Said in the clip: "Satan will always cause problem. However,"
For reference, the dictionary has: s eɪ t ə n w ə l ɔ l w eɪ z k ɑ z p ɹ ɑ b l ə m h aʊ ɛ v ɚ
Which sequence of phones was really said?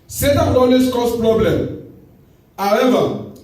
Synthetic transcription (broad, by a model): s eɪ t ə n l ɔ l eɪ s k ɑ s p ɹ ɑ b l ə m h aʊ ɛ v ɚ